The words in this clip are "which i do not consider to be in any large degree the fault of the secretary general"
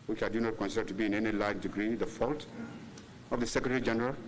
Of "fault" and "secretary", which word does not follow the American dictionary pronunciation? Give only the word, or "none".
none